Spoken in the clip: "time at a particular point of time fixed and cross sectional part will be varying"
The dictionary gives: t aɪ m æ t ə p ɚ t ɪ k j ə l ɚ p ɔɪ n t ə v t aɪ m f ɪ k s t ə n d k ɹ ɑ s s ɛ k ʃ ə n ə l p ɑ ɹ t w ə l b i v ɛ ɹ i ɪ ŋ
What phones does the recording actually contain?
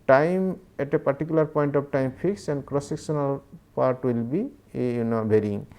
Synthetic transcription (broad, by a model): t aɪ m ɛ t ə p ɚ t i k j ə l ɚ p ɔɪ n t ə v t aɪ m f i k s ə n d k ɹ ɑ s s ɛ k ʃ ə n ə l p ɑ ɹ t w ə l b i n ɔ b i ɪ ŋ